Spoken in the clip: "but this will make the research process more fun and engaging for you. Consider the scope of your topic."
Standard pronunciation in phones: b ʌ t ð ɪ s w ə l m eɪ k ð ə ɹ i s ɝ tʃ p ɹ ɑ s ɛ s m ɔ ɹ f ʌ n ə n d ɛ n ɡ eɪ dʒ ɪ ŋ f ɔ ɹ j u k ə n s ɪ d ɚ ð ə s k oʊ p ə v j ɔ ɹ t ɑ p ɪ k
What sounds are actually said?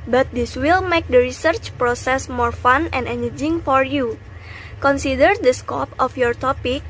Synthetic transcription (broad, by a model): b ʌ t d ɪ s w ə l m eɪ k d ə ɹ i s ɝ tʃ p ɹ ɑ s ɛ s m ɔ ɹ f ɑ n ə n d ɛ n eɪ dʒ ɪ ŋ f ɔ ɹ j u k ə n s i d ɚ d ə s k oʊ p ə f j ɔ ɹ t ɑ p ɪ k